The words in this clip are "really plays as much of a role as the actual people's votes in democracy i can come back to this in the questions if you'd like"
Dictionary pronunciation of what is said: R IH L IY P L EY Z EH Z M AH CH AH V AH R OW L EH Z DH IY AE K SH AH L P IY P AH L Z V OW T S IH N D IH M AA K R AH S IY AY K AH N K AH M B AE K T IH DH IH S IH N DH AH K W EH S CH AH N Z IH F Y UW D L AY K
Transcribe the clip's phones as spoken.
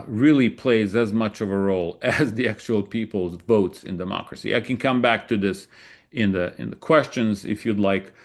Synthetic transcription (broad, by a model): R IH L IY P L EY Z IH Z M AH CH AH V AH R OW L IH Z DH IY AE K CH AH L P IY P L Z V OW T S IH N D IH M AA K R AH S IY AY K AH N K AH M B AE K T IH DH IH S IH N DH AH K W EH S CH AH N Z IH F Y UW D L AY K